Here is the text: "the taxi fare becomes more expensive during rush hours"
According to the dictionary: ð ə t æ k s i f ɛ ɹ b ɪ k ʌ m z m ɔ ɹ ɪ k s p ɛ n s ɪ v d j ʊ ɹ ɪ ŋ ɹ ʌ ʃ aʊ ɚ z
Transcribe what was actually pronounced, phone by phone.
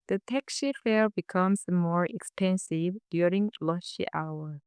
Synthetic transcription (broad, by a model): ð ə t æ k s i f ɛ l b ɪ k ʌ m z m ɔ ɹ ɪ k s p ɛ n s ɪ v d j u ɹ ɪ ŋ l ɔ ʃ aʊ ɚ